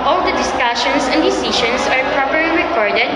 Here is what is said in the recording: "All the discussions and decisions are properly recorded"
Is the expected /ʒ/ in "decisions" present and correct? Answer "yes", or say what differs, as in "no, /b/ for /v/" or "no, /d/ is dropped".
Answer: no, /ʃ/ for /ʒ/